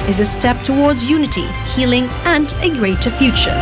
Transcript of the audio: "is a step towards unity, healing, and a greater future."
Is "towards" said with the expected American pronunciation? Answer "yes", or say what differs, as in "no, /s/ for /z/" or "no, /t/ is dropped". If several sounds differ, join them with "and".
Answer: yes